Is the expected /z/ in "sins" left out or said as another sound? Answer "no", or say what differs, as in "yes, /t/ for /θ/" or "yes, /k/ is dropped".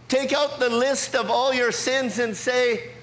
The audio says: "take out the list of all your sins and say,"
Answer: no